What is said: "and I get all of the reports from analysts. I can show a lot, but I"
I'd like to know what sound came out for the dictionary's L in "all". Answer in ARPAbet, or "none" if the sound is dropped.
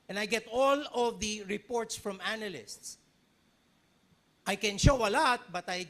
L